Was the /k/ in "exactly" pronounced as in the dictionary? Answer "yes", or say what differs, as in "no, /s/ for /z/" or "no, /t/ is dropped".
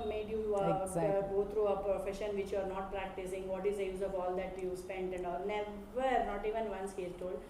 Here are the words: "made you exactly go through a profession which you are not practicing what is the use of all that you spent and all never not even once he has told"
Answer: no, /k/ is dropped